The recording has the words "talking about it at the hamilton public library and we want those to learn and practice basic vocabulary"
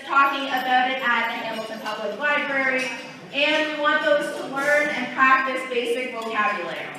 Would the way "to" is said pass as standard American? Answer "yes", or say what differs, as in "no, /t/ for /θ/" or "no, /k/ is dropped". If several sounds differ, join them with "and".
yes